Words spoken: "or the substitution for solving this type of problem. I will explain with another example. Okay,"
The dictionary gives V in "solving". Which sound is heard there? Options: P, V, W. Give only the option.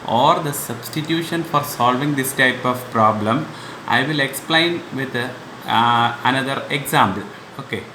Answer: V